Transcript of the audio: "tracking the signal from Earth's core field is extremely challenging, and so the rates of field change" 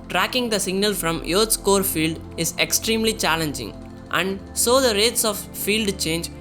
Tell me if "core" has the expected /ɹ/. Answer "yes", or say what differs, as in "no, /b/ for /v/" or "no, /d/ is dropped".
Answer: yes